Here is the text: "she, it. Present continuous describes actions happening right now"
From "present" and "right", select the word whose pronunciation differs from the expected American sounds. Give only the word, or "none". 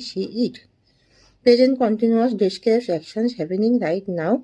present